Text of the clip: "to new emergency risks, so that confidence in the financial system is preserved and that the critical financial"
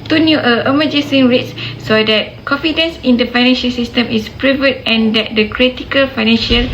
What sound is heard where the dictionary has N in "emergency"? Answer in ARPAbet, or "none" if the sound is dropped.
none